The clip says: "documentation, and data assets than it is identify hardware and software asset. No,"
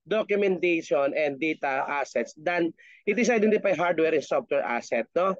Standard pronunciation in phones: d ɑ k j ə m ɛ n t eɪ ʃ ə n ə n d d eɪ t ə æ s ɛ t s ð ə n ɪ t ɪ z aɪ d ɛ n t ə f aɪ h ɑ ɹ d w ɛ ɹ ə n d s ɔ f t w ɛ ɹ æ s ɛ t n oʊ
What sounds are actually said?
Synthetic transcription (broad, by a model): d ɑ k j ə m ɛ n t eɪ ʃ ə n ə n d d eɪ t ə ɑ s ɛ t s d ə n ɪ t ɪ s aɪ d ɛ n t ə p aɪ h ɑ ɹ d w ɛ ɹ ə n s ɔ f t w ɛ ɹ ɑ s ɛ t n oʊ